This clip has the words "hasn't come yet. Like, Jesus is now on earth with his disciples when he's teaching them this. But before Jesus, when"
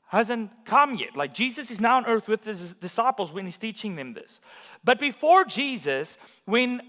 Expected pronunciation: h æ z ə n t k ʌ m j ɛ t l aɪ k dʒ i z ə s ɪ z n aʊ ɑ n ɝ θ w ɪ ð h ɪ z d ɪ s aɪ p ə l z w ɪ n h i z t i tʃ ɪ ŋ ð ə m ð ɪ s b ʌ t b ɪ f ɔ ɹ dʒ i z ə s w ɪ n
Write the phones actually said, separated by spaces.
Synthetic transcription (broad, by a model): h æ z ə n k ʌ m j ɛ t l aɪ k dʒ i z ə s ɪ z n aʊ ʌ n ɝ θ w ɪ ð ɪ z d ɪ s aɪ p l z w ɪ n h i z t i tʃ ɪ ŋ ð ə m ð ɪ s b ʌ t b ɪ f ɔ ɹ dʒ i z ə s w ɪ n